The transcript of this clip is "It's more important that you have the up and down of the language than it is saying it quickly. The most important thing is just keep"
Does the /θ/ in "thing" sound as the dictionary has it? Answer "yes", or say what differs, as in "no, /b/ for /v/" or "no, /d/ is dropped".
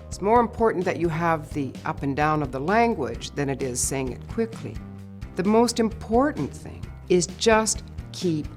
yes